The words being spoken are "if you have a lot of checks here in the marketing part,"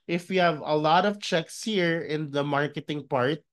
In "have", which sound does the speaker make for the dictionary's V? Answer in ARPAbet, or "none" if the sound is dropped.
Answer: V